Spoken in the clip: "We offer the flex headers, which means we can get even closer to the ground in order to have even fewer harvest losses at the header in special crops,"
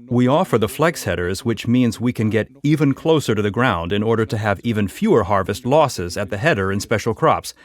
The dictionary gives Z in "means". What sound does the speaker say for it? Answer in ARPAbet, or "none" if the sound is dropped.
Z